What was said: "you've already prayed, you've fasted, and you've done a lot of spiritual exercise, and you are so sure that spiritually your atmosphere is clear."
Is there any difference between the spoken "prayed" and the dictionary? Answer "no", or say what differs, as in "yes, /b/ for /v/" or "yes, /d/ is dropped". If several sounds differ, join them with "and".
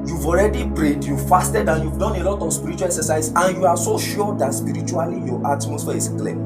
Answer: yes, /b/ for /p/